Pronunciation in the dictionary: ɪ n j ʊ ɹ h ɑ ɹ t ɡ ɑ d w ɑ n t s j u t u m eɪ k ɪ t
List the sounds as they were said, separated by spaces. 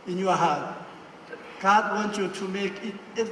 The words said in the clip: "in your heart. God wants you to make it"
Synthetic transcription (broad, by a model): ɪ n j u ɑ h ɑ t ɡ ɑ d w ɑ n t j u t u m eɪ k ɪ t